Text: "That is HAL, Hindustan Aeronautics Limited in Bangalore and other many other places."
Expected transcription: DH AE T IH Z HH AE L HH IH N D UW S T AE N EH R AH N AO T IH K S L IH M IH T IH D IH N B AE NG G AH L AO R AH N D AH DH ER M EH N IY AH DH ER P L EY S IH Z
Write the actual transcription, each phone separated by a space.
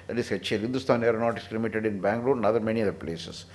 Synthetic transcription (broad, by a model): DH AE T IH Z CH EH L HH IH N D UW S T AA N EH R N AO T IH S L IH M IH T IH D IH N B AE NG G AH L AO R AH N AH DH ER M EH N IY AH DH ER P L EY S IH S